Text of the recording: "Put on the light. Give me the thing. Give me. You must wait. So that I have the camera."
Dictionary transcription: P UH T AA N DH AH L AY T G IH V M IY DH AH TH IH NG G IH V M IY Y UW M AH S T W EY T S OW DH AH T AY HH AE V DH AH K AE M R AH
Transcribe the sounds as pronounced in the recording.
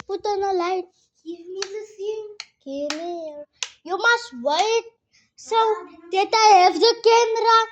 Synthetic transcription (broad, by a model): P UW T AA N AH L AY T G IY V M IY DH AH S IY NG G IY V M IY Y UW M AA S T W EY T S OW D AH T AY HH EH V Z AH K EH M R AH